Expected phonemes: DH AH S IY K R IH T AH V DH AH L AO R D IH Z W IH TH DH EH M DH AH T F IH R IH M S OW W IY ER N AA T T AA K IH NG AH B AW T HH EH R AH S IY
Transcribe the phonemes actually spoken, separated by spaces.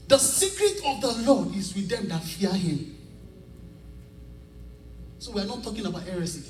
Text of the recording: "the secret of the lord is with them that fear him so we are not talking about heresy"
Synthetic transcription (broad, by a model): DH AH S IY K R IH T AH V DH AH L AO D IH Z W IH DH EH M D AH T F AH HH IH M S OW W IY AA N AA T T AA K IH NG AH B AW T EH R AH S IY